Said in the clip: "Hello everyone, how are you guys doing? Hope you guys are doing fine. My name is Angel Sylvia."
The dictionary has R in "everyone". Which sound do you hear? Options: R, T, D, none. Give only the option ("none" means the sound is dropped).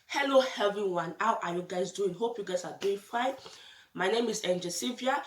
none